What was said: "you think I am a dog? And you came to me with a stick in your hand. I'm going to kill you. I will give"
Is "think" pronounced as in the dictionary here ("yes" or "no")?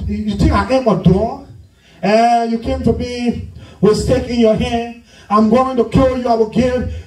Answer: no